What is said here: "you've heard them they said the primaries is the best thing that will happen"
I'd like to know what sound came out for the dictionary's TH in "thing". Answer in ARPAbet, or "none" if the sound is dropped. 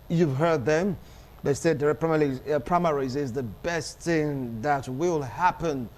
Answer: TH